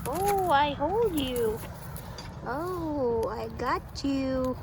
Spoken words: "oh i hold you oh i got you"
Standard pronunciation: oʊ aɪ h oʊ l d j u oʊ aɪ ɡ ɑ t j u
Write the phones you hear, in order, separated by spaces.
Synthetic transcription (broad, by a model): oʊ aɪ h oʊ l d j u oʊ aɪ ɡ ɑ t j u